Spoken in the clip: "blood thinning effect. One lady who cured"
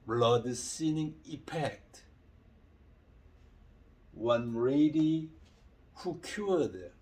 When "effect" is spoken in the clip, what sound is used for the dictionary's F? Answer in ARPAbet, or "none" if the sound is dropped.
P